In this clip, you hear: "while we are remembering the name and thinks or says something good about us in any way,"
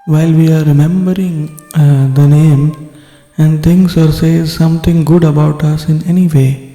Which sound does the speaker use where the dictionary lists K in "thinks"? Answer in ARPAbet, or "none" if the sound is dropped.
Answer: none